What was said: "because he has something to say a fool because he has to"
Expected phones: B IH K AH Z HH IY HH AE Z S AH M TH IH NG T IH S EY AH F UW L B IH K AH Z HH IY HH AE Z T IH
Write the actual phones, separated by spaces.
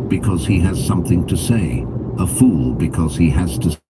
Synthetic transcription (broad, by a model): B IH K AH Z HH IY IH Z S AH M TH IH NG T IH S EY AH F UW L B IH K AH Z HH IY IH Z T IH